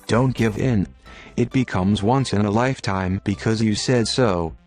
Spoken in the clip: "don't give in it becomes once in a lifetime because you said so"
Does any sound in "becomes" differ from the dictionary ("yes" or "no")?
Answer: no